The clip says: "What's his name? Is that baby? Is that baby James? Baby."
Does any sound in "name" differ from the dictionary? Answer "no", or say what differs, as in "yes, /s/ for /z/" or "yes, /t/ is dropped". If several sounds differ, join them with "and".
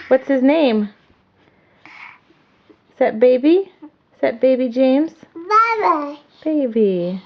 yes, /m/ is dropped